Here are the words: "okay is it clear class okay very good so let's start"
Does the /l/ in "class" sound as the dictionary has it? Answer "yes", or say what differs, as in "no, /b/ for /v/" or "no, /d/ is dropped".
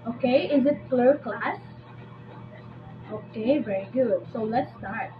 yes